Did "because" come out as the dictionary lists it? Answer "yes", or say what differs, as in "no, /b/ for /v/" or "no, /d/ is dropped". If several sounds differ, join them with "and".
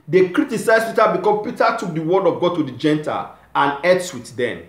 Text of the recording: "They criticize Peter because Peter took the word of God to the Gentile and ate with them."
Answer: no, /z/ is dropped